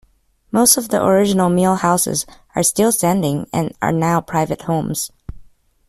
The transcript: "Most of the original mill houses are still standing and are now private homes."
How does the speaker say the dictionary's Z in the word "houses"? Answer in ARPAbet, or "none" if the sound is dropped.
Z